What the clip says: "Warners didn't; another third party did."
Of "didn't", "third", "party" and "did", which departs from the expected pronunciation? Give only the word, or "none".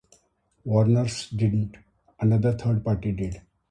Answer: third